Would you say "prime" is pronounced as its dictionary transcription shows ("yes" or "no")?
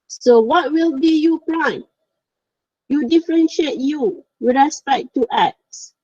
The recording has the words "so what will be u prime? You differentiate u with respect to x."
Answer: no